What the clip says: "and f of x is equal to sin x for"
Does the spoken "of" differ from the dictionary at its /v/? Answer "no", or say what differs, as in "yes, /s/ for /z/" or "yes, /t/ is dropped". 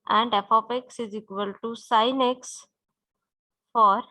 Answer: yes, /p/ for /v/